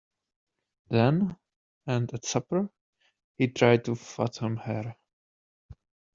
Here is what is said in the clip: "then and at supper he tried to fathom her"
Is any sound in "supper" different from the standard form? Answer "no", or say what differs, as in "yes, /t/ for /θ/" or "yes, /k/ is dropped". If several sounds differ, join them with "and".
no